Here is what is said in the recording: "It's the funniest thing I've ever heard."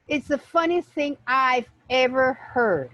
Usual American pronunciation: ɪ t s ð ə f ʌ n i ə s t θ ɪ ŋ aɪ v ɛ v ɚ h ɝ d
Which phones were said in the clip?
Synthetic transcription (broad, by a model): ɪ t s ð ə f ʌ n i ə s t θ ɪ ŋ aɪ v ɛ v ɚ h ɝ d